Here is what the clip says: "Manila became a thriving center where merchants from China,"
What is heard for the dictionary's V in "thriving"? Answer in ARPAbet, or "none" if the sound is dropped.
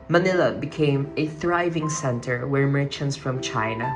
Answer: V